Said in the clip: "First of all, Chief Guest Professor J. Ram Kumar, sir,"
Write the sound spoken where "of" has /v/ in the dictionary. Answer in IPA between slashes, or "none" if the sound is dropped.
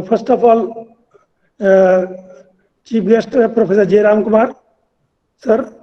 /p/